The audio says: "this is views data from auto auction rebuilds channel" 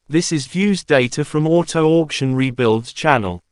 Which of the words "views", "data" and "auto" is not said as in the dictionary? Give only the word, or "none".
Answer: none